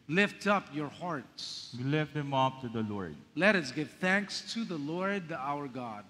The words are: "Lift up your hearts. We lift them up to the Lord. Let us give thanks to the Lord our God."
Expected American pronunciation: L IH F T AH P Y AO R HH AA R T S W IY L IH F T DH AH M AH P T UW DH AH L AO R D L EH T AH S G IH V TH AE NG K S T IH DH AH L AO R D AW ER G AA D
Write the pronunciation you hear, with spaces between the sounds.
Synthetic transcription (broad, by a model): L IH F T AH P Y AO R HH AA R T S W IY L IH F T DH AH M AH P T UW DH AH L AO R D L EH T AH S G IH V TH AE NG K S T IH DH AH L AO R D AW ER G AA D